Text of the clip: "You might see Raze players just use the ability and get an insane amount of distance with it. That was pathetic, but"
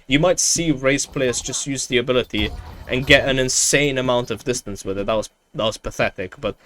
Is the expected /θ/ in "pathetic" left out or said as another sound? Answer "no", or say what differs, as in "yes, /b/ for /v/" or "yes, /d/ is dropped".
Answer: no